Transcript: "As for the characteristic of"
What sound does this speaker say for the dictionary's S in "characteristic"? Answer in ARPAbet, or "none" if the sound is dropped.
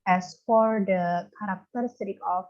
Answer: none